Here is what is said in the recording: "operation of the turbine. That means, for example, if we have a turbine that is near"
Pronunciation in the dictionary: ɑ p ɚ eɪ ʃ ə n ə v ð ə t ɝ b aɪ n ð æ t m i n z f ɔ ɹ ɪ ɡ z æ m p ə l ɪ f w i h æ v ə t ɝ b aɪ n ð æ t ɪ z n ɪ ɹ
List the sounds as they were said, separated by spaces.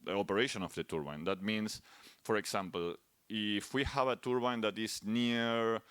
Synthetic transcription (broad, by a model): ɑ p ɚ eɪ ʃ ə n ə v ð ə t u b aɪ n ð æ t m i n s f ɔ ɹ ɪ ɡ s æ m p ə l ɪ f w i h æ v ə t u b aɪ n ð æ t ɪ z n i ɹ